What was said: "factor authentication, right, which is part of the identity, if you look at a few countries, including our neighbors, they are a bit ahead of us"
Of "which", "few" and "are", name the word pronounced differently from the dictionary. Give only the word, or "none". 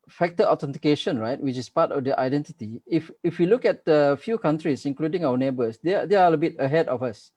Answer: are